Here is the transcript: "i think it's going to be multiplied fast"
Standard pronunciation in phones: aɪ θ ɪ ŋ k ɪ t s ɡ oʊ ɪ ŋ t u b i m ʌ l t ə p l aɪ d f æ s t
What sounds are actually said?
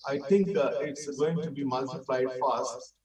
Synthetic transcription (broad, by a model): aɪ t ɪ ŋ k ɪ t s ɡ oʊ ɪ ŋ t u b i m ʌ l t ə p l aɪ d f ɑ s t